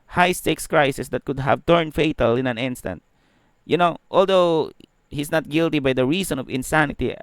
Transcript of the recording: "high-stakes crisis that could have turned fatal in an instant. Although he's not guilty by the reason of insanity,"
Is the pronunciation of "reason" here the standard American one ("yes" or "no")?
no